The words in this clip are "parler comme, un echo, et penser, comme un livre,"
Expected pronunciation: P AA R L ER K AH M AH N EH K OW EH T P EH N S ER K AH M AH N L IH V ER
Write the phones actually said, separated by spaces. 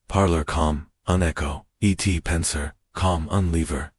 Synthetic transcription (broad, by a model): P AA R L ER K AH M AH N EH K OW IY T P EH N S ER K AH M AH N L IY V ER